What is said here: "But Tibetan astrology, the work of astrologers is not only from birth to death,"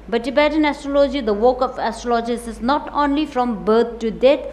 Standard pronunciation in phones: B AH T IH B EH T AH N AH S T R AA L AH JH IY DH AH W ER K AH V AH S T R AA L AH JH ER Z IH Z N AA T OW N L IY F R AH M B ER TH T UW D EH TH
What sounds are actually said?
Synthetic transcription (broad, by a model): B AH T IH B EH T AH N AH S T R AA L AH JH IY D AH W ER K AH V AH S T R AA L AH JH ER S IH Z N AA T OW N L IY F R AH M B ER T T UW D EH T